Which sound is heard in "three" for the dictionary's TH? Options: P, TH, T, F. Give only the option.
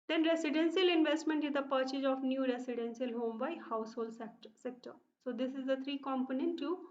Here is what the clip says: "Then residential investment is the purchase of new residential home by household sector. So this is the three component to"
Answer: T